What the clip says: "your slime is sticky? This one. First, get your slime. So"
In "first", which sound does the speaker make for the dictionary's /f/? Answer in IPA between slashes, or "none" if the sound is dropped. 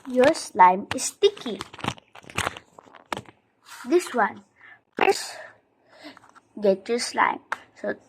/p/